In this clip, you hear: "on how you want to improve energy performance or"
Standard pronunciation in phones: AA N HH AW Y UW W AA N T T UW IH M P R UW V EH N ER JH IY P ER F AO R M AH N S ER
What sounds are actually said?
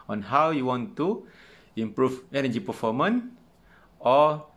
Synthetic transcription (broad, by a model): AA N HH AW Y UW W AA N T T UW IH M P R UW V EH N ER JH IY P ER F AO M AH N AO